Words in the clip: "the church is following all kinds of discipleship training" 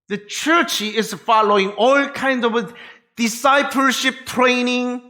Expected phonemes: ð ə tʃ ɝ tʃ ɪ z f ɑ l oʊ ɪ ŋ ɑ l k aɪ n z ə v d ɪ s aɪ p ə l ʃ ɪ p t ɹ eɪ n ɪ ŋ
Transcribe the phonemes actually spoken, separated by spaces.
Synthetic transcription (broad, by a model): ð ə tʃ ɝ tʃ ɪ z f ɑ l oʊ ɪ ŋ ɑ l k aɪ n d ə v d ɪ s aɪ p ə l ʃ ɪ p t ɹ eɪ n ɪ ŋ